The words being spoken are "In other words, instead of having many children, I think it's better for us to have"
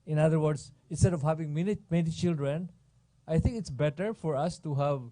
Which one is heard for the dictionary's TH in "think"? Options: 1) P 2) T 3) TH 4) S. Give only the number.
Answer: 2